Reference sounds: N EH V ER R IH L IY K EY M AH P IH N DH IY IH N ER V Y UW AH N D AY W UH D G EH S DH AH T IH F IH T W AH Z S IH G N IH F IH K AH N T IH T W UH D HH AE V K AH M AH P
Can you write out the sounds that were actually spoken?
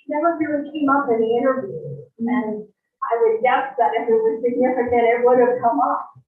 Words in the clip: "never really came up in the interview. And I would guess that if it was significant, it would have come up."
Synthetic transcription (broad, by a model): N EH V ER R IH IY K EY M AH P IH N DH IY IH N ER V Y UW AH N AY W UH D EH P DH AH T IH F IH T W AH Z S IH G N IH F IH K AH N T IH T W UH D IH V K AH M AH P